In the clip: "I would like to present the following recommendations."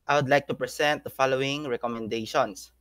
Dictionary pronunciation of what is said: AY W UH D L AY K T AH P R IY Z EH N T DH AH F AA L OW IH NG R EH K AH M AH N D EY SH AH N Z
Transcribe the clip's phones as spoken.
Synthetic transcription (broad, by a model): AY W UH D L AY K T AH P R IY S EH N T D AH F AA L OW IH NG R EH K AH M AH N D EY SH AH N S